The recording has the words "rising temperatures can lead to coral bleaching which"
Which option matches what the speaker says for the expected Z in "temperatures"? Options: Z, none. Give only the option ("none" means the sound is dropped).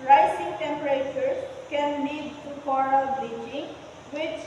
none